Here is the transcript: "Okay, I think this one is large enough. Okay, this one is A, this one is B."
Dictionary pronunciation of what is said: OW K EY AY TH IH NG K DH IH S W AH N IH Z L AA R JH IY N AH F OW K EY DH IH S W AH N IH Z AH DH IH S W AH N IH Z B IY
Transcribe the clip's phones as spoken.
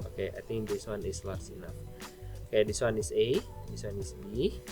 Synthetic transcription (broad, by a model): OW K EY AY T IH NG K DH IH S W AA N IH S L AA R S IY N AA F OW K EY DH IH S W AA N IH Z AH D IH S W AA N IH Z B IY